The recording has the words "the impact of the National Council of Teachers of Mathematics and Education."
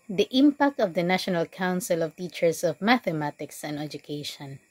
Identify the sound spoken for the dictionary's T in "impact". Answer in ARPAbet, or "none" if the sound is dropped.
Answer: T